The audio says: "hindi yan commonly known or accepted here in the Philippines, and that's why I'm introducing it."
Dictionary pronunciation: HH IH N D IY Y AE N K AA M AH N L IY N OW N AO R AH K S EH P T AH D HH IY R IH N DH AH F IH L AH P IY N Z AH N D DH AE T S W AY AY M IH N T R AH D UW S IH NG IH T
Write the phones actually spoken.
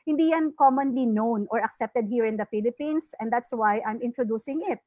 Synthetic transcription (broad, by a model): HH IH N D IY Y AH N K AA M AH N L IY N OW N AO R AH K S EH P T AH D HH IY R IH N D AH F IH L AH P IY N S AH N D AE T S W AY AY M IH N T R AH D UW S IH NG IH T